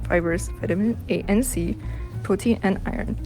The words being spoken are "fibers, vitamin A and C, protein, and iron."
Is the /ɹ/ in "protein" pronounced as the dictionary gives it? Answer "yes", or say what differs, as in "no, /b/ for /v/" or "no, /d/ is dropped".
no, /ɹ/ is dropped